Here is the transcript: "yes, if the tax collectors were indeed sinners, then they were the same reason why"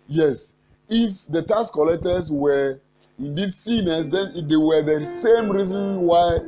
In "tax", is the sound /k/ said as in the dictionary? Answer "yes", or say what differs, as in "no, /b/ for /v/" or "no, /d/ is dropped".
no, /k/ is dropped